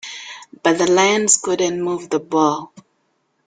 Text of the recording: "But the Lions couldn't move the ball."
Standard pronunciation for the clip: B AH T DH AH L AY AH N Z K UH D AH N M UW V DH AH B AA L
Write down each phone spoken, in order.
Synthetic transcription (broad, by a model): B AH T DH AH L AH N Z K UH D AH N M UW V DH AH B AA L